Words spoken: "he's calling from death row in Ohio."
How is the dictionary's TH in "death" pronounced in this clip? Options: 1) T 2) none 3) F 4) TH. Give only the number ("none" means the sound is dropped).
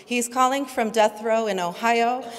4